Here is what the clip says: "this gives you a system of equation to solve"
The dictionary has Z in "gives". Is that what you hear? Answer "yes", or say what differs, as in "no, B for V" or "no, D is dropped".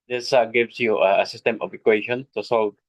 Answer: no, S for Z